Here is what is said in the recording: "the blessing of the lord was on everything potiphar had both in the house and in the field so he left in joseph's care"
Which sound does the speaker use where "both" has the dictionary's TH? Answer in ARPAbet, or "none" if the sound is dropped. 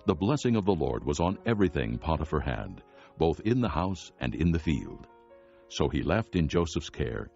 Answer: TH